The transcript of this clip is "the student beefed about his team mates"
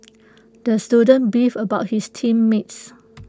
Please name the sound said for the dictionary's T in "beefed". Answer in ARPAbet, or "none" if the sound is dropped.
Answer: none